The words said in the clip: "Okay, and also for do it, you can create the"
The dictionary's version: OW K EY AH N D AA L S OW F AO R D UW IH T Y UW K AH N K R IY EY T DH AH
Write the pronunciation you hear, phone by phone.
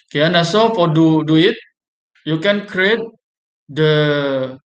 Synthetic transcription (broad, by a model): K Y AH N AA S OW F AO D D UW IH T Y UW K AH N K R IY EY T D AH